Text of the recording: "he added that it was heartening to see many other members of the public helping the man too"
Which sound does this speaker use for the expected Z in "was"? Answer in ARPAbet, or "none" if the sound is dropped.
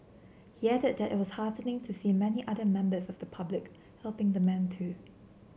S